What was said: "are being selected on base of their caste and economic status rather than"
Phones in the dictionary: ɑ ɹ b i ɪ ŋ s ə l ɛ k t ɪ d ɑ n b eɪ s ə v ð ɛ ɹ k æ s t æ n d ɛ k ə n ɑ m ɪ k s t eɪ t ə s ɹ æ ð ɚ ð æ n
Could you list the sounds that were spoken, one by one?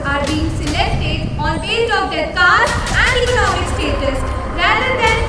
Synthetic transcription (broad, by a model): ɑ ɹ b i ɪ ŋ s ə l ɛ k t ɪ d ɑ n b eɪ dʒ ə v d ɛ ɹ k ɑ t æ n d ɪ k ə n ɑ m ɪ s t eɪ t ə s ɹ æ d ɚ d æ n